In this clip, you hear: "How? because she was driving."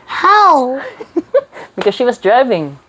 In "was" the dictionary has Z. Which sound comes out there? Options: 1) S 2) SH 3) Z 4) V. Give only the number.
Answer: 3